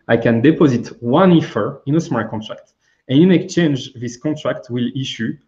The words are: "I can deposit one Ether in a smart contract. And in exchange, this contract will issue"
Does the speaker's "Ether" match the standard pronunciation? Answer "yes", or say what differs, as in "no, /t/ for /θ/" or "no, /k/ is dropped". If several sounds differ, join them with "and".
no, /f/ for /θ/